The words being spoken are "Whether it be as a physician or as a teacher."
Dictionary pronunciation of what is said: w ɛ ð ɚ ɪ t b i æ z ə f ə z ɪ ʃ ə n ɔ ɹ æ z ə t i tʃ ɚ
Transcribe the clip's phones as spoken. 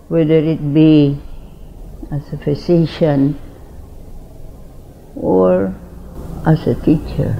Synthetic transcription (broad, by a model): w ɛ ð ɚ ɪ t b i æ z ə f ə s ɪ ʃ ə n ɔ ɹ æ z ə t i tʃ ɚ